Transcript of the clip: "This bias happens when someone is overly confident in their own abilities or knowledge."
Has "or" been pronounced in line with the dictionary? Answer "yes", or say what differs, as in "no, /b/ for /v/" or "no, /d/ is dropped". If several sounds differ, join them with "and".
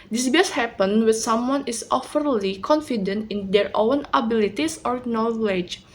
yes